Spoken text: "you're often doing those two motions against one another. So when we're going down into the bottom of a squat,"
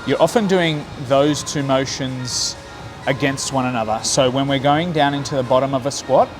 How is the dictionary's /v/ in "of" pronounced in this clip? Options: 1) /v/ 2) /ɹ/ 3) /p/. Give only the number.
1